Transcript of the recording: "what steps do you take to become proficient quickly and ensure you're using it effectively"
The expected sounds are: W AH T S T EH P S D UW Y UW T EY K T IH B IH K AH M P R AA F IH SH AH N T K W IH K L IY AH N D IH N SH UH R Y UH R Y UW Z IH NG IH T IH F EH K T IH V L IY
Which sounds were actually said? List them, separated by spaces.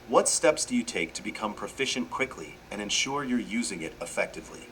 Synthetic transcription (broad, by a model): W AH T S T EH P S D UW Y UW T EY K T IH B IH K AH M P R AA F IH SH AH N K W IH K L IY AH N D IH N SH UH R Y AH R Y UW Z IH NG IH T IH F EH K T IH V L IY